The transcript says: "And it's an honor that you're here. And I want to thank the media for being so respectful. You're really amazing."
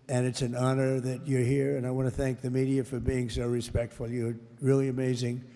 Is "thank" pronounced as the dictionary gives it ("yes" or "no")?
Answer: yes